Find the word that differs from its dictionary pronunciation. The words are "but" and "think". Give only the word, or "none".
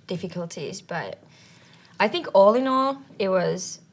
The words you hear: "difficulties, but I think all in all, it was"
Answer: none